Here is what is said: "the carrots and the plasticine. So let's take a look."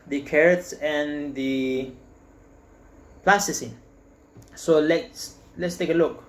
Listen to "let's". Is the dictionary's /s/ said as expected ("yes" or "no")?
yes